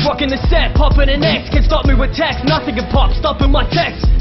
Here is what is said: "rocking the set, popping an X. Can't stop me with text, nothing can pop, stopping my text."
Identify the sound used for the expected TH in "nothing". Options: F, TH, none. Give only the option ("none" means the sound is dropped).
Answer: TH